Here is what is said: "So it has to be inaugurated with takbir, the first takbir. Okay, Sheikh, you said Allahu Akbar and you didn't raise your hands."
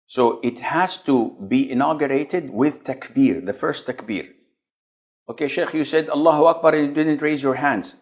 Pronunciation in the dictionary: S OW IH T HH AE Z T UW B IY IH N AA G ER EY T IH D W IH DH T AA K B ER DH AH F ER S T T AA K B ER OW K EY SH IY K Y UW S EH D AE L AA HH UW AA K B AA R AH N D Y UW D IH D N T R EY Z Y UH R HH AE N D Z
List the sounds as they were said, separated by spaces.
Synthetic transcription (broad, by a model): S OW IH T HH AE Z T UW B IY IH N AA G ER EY T IH D W IH DH T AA K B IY DH AH F ER S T T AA K B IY OW K EY SH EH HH Y UW S EH D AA L AA HH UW AA K B AA R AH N Y UW D IH D N T R EY Z Y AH R HH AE N D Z